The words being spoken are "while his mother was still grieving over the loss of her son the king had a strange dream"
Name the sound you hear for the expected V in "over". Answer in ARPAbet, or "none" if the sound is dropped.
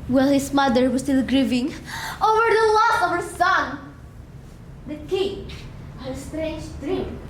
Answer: V